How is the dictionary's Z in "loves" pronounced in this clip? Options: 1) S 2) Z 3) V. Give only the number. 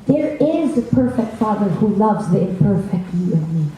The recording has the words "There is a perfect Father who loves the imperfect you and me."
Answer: 2